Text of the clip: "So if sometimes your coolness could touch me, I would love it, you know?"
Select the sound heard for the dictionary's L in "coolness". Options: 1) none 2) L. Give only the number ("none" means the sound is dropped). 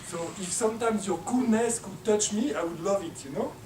1